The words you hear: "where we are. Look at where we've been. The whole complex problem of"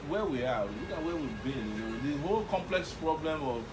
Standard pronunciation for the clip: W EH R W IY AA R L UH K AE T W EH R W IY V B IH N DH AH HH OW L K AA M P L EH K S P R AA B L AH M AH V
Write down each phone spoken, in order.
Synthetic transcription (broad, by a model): W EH W IY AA W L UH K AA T W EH W IY V B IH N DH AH HH OW L K AA M P L EH K S P R AA B L AH M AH